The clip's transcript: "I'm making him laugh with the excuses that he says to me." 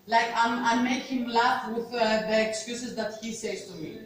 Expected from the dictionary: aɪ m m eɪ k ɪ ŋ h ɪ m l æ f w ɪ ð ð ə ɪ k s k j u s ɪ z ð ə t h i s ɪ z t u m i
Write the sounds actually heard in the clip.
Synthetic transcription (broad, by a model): aɪ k m eɪ ɪ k h ɪ m l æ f w ɪ ð ð ə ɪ k s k j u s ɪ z ð ə t h i s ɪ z t u m i